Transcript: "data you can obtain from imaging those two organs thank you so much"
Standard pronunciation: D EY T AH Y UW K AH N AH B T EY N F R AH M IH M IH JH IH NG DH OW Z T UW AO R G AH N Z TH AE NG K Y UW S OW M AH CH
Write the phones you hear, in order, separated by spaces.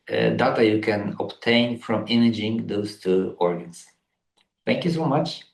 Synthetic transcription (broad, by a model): D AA T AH Y UW K AH N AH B T EY N F R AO M IH M IH JH IH NG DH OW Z T UW AO R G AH N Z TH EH NG K Y UW S OW M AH CH